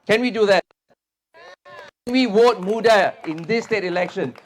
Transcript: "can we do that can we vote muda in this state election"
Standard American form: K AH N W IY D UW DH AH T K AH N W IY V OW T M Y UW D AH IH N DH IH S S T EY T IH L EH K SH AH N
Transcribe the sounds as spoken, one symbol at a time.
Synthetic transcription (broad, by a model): K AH N W IY D UW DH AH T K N W IY W OW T M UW D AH IH N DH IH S S T EY T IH L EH K SH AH N